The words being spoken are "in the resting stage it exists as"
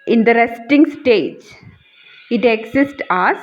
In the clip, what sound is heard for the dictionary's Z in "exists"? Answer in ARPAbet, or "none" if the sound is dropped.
S